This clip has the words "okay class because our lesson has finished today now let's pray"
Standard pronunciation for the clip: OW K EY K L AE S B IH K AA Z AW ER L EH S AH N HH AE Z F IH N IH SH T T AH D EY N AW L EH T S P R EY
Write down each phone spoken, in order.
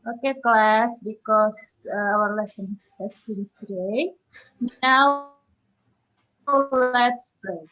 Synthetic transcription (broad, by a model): OW K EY K L AE S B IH K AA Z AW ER L EH S AH N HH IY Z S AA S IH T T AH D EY N AW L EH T S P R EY